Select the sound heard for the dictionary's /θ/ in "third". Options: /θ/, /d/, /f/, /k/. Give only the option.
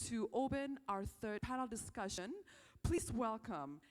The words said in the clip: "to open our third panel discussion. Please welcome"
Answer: /θ/